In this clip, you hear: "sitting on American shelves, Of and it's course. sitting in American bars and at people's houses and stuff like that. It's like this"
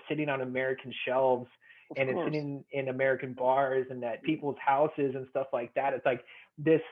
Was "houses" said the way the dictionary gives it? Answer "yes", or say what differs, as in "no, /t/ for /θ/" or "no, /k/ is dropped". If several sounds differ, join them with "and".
yes